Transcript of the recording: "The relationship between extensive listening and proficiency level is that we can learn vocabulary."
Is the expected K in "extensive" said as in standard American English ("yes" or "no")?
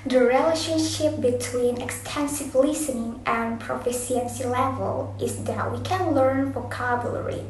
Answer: yes